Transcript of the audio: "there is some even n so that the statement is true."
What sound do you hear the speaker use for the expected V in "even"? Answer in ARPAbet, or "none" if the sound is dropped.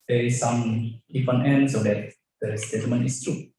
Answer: F